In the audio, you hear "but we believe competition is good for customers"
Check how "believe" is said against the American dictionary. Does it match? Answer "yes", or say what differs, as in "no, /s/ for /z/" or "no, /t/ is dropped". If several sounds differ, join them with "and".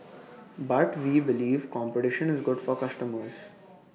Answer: yes